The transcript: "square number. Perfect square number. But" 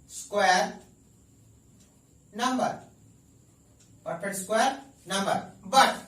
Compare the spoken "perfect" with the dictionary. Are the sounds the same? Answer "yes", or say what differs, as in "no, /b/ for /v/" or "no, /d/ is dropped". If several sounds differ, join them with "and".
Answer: no, /p/ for /f/ and /k/ is dropped